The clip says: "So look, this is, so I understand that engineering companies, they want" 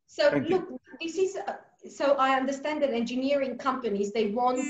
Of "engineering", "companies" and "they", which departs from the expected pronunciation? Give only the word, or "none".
none